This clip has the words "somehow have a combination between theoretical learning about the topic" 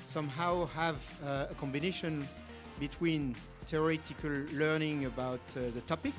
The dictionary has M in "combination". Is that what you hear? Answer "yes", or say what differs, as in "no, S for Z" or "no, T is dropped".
yes